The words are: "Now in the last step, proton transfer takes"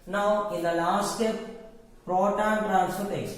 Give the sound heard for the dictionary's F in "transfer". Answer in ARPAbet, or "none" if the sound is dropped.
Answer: none